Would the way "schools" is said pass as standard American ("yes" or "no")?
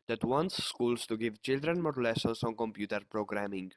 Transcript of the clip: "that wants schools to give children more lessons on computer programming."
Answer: no